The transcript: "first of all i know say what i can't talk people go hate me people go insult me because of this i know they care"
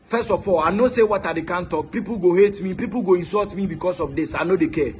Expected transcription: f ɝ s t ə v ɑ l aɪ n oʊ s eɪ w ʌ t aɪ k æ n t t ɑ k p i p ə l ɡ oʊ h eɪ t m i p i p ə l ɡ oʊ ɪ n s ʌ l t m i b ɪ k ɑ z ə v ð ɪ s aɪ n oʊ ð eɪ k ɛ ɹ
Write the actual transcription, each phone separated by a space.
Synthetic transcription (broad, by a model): f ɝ s t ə f ɑ l aɪ n oʊ s eɪ w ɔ t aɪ k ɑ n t t ɑ k p i p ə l ɡ oʊ h eɪ t m i p i p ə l ɡ oʊ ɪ n s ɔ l t m i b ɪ k ɑ s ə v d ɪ s aɪ n oʊ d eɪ k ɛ